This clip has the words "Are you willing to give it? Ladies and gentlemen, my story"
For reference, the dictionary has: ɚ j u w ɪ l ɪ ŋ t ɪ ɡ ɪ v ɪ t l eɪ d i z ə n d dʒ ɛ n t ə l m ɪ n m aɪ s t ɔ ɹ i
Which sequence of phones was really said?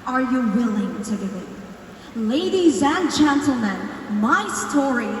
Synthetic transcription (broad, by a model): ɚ j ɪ w ɪ l ɪ ŋ t ɪ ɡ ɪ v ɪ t l eɪ d i z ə n dʒ ɛ n t l m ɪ n m aɪ s t ɔ ɹ i